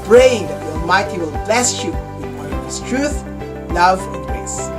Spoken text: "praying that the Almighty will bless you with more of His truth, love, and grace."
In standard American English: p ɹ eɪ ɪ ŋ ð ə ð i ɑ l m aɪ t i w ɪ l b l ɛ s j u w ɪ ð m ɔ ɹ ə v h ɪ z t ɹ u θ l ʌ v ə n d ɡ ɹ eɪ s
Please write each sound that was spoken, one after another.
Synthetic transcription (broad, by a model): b ɹ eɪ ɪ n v ð i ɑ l m aɪ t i w ɪ l b l ɛ s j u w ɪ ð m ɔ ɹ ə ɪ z t ɹ u θ l ʌ v ə n d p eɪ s